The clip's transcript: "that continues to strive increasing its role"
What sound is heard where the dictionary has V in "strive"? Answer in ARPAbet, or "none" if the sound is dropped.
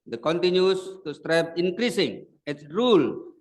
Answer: P